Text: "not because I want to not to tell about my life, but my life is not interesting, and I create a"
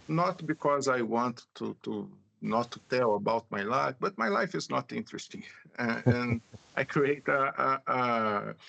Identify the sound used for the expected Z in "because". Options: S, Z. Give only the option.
Z